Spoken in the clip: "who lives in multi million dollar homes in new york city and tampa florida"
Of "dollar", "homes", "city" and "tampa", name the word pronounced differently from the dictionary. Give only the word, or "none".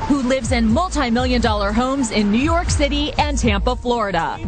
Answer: none